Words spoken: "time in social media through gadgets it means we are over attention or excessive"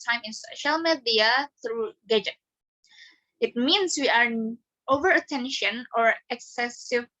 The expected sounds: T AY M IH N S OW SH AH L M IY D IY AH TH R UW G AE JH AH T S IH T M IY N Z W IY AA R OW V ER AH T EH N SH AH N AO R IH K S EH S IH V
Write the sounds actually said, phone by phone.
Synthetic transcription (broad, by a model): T AY M IH N S OW SH AH L M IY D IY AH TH R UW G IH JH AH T IH T M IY N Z W IY AA R OW V ER AH T EH N SH AH N AO R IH K S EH S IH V